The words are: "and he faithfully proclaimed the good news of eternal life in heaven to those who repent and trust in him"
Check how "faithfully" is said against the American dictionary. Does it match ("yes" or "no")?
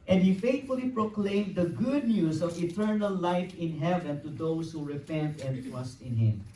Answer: no